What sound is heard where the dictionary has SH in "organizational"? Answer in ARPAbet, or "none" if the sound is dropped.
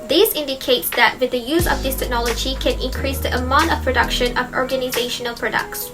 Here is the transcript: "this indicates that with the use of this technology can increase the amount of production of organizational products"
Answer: SH